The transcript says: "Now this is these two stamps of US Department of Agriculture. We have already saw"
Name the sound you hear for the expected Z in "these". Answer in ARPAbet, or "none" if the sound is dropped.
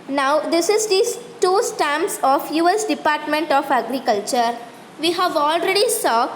none